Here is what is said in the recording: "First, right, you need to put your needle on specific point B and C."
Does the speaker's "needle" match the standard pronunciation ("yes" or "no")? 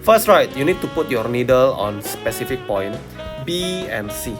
yes